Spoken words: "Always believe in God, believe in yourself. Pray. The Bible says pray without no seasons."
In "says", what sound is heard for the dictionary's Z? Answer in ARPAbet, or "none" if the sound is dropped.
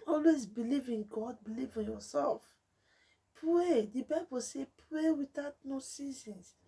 none